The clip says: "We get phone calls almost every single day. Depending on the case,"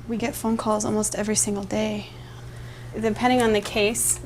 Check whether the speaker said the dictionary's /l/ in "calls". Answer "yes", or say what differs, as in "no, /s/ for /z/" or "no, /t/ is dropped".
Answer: yes